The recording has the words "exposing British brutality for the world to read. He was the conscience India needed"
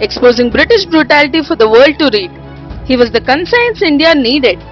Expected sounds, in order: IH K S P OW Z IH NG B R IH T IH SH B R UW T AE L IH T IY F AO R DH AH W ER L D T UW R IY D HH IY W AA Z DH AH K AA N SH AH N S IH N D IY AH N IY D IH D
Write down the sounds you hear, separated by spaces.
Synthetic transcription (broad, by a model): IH K S P OW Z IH NG B R IH T IH SH B R UW T AE L IH T IY F AO R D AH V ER L D T UW R IY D HH IY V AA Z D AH K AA N S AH N S IH N D IY AH N IY D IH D